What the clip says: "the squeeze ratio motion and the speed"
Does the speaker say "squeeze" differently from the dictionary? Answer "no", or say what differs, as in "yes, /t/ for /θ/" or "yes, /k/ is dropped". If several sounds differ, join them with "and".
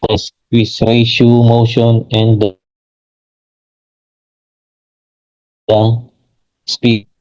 yes, /k/ is dropped